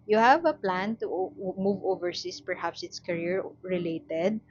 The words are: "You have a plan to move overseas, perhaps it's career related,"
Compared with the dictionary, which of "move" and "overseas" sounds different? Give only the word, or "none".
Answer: overseas